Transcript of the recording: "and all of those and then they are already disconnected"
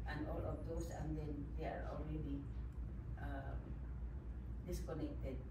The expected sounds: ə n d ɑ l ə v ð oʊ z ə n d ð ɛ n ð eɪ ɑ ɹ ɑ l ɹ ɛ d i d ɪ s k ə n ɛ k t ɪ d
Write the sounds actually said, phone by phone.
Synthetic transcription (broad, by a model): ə n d ɑ l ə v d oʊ s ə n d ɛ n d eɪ ɑ ɹ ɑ l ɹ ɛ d i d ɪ s k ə n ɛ k t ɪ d